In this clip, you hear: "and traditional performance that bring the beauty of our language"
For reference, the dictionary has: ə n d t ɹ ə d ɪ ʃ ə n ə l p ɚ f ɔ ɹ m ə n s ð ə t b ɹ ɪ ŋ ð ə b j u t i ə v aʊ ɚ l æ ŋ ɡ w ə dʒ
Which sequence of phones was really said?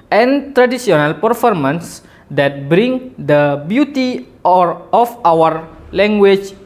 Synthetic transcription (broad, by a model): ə n t ɹ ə d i s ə n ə l p ɚ f ɔ ɹ m ə n s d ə t b ɹ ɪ ŋ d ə b j u t i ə f aʊ ɚ l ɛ ŋ ɡ w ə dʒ